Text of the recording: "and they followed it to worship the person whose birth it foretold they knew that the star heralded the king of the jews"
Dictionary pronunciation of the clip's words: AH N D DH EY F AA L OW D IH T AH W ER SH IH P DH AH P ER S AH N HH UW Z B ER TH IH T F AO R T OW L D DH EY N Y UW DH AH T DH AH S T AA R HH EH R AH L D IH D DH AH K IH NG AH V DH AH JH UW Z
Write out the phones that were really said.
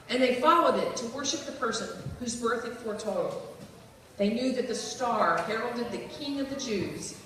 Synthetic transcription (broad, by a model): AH N DH EY F AA L OW D IH T AH W ER SH IH P DH AH P ER S AH N HH UW Z B ER TH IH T F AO R T OW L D DH EY N Y UW DH AH T DH AH S T AA R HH EH R L D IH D DH AH K IH NG AH V DH AH JH UW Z